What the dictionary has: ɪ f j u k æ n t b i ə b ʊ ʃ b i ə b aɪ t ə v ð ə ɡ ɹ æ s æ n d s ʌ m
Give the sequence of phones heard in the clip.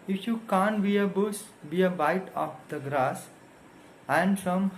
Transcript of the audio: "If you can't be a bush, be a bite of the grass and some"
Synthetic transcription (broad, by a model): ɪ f j u k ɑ n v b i ə b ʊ s b i ə b aɪ t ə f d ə ɡ ɹ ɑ s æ n d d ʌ m